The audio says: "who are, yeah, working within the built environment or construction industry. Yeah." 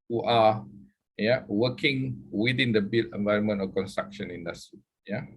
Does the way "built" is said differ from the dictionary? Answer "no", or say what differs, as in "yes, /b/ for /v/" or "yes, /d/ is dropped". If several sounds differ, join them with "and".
yes, /t/ is dropped